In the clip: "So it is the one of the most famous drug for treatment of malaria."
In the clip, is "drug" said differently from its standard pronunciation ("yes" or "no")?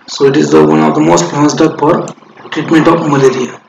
yes